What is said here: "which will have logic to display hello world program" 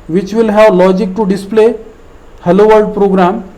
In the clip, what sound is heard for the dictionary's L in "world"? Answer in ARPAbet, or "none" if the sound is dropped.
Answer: none